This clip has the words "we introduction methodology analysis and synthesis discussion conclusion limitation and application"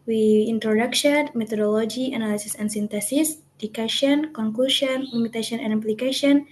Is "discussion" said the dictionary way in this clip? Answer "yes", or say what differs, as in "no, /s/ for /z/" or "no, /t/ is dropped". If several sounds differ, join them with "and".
no, /s/ is dropped